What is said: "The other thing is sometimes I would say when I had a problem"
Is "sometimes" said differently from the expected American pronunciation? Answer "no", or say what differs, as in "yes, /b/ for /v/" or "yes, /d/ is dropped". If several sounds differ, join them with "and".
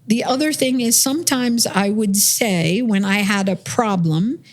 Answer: no